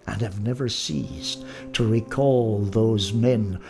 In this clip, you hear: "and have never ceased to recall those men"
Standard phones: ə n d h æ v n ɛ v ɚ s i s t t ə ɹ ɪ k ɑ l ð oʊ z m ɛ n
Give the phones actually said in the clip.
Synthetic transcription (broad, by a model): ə n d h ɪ v n ɛ v ɚ s i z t t ə ɹ ɪ k ɑ l ð oʊ z m ɛ n